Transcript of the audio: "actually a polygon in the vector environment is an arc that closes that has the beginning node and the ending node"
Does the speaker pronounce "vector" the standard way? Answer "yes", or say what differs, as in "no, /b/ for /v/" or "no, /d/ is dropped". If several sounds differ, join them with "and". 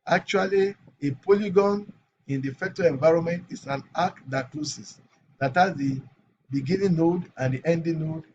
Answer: no, /f/ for /v/